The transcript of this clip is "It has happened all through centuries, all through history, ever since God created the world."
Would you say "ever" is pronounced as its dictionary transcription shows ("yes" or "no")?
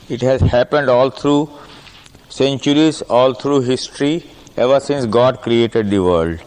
yes